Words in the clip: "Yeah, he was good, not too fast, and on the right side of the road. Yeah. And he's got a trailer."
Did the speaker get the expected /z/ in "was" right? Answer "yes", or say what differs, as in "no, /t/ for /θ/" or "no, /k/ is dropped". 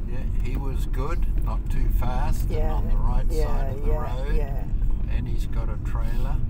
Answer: yes